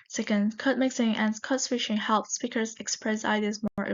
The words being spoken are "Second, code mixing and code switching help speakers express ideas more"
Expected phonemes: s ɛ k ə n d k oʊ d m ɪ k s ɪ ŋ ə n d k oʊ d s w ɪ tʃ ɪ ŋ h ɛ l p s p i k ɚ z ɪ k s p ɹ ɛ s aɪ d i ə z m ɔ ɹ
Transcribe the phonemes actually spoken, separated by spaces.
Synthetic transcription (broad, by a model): s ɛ k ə n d k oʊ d m ɪ k s ɪ ŋ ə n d k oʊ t s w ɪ ʃ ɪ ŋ h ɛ l p s p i k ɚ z ɪ k s p ɹ ɛ s aɪ d i ə z m ɔ ɹ